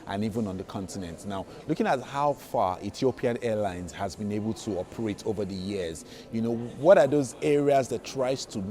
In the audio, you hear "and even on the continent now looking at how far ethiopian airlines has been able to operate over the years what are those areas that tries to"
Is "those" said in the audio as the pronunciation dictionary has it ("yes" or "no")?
yes